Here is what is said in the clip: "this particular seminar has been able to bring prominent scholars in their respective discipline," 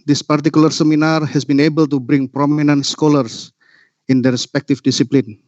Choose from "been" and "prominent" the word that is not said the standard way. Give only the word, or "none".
none